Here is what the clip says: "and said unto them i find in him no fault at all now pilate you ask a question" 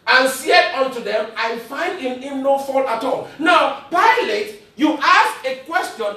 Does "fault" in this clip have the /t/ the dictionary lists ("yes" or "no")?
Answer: no